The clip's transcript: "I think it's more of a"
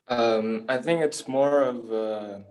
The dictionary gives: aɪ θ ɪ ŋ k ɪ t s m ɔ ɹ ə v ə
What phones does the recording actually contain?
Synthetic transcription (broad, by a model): aɪ θ ɪ ŋ k ɪ t s m ɔ ɹ ə v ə